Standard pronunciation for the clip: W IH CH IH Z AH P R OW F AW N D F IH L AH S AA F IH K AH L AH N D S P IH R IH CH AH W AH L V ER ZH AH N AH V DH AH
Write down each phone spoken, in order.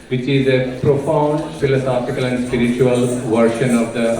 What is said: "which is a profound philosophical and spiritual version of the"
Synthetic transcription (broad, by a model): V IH CH IH Z AH P R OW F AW N D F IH L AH S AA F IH K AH L AH N D S P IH R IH CH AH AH L V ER SH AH N AH V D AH